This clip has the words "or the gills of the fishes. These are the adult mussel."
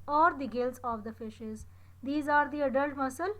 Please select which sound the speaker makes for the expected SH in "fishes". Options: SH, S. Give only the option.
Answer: SH